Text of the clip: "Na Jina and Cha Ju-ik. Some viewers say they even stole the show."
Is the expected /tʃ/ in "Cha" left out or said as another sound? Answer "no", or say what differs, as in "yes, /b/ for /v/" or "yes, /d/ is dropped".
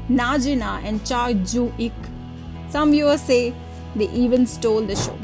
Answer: no